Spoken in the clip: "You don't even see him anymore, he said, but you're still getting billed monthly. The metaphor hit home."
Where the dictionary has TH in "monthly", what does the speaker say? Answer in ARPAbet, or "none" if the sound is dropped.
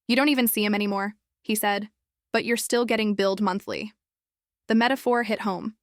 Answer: TH